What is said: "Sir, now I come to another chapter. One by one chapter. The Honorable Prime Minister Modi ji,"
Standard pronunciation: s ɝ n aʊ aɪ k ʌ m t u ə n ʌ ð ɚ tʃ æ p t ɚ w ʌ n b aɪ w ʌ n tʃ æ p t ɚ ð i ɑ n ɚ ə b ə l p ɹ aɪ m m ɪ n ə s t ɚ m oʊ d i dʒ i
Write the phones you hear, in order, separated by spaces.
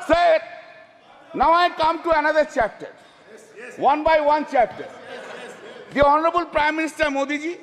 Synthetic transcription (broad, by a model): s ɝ n aʊ aɪ k ʌ m t u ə n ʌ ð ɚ tʃ æ p t ɚ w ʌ n b aɪ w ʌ n tʃ æ p t ɚ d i ɑ n ɚ ə b ə l p ɹ aɪ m m ɪ n ə s t ɚ m oʊ d i dʒ i